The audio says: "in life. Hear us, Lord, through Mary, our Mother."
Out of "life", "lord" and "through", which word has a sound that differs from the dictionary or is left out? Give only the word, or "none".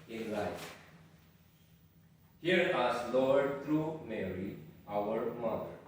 through